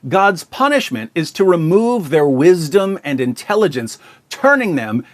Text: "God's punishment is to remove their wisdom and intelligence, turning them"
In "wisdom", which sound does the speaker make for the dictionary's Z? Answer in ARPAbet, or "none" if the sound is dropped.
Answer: Z